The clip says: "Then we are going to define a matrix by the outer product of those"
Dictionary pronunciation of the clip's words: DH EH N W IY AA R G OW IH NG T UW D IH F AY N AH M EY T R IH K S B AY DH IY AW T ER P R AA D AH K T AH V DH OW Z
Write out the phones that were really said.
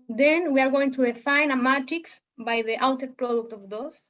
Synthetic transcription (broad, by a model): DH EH N W IY AA R G OW IH NG T UW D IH F AY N AH M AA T IH K S B AY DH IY AW T ER P R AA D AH K T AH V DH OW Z